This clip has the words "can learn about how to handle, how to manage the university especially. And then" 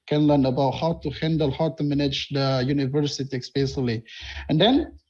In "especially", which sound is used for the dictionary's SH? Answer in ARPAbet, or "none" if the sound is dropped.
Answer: S